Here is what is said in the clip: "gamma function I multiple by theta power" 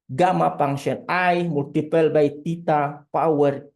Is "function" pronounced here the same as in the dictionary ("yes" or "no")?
no